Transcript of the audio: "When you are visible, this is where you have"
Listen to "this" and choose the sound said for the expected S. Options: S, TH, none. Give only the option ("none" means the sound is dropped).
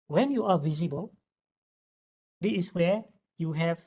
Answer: none